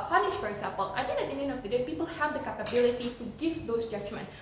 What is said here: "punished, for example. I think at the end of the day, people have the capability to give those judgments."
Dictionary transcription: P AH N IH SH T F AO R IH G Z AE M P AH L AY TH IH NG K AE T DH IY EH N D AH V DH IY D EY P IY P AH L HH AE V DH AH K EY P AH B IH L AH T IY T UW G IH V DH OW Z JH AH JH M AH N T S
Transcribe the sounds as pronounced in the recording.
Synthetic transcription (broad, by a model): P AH N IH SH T F AO R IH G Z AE M P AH L AY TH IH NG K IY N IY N AH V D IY D EY P IY P AH L HH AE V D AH K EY P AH B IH L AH T IY T UW G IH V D OW S JH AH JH M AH N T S